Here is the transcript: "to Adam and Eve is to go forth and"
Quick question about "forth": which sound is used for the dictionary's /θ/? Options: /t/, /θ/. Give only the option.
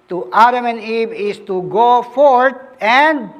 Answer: /t/